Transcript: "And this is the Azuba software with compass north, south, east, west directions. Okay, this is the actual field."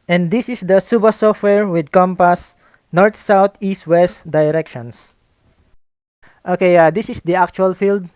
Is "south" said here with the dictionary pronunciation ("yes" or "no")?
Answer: no